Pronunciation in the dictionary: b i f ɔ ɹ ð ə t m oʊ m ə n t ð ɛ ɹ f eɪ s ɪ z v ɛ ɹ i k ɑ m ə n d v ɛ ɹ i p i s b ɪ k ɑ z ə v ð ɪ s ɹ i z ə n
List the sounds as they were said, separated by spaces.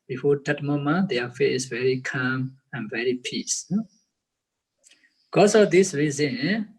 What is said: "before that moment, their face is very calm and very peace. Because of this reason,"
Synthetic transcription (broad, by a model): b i f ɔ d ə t m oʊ m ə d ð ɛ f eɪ ɪ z v ɛ ɹ i k ɑ m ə n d v ɛ ɹ i p i s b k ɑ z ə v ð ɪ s ɹ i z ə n